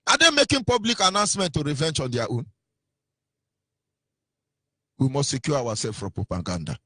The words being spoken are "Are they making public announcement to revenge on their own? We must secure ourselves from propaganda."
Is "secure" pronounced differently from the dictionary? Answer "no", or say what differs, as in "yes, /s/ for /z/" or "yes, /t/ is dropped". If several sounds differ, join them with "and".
yes, /w/ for /ɹ/